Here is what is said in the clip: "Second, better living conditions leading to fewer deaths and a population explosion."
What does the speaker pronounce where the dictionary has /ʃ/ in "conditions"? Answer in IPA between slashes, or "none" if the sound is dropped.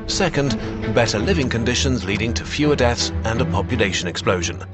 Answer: /ʃ/